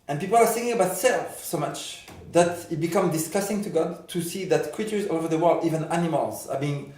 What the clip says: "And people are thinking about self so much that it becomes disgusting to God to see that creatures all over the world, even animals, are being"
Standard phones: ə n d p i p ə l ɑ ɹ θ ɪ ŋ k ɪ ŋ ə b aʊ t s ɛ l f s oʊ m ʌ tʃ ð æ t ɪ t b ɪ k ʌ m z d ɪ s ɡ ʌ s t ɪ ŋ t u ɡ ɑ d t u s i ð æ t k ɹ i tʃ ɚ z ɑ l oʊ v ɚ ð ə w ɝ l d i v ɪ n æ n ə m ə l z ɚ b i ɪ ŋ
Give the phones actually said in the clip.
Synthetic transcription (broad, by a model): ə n p i p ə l ɑ ɹ s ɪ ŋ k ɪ ŋ ə b aʊ t s ɛ l f s oʊ m ʌ tʃ ð æ t ɪ t b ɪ k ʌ m d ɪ s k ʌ s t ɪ ŋ t u ɡ ɑ d t u s i ð æ t k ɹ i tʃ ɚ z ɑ oʊ v ɚ ð ə w ɝ l d i v ɪ n æ n ə m ə l z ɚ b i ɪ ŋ